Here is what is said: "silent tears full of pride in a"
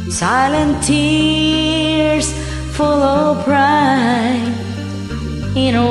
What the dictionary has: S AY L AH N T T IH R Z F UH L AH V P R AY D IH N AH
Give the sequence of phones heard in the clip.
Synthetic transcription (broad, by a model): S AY L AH N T T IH R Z F UH L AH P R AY IH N